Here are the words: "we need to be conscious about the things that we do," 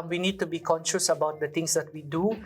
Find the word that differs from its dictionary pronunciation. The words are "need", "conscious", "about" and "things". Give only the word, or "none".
things